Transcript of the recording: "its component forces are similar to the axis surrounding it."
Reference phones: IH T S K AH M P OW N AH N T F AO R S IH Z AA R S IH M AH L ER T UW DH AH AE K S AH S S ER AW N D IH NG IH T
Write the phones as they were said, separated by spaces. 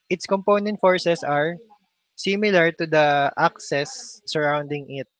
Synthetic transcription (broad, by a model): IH T S K AH M P OW N AH N T F AO R S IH S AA R S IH M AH L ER T UW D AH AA K S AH S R AW N D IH NG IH T